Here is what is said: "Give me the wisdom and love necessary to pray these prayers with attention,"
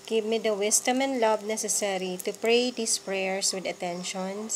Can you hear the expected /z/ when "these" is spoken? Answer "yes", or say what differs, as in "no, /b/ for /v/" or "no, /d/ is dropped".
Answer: no, /s/ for /z/